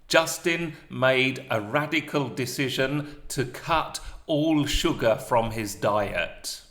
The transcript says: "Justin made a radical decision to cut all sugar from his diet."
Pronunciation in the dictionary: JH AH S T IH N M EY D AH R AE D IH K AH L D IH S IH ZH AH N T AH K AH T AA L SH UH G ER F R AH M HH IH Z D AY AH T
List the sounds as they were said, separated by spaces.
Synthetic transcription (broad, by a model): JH AH S T IH N M EY D AH R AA D IH K AH L D IH S IH ZH AH N T AH K AH T AA L SH UH G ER F R AH M IH Z D AY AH T